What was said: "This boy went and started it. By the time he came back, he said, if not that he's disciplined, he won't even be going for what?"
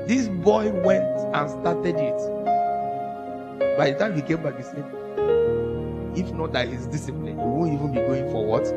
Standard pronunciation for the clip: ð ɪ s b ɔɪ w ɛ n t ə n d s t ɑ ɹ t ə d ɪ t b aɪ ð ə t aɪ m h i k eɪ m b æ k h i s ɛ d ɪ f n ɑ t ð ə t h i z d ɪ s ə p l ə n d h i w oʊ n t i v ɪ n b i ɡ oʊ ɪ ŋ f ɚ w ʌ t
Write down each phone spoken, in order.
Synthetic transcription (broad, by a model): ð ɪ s b ɔɪ w ɛ n t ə n s t ɑ t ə d ɪ t b aɪ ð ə t aɪ m h i k eɪ m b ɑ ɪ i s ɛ ɪ f n ɑ t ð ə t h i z d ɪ s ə p l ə n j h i w oʊ n t i v ɪ n b i ɡ oʊ ɪ ŋ f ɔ w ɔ t